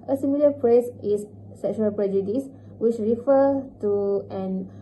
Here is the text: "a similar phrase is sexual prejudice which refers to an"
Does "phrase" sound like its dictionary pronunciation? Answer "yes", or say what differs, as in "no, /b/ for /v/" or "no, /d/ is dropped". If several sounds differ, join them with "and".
no, /p/ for /f/ and /s/ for /z/